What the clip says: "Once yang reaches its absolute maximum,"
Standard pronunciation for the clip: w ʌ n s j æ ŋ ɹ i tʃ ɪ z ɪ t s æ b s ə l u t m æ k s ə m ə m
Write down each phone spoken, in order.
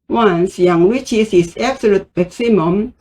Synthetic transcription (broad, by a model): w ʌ n s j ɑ ŋ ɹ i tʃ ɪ s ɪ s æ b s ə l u t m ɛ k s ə m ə m